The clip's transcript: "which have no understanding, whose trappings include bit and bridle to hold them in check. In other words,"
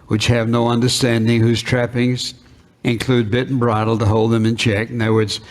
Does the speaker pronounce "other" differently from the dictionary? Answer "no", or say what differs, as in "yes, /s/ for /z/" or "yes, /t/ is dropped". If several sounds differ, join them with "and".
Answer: yes, /ð/ is dropped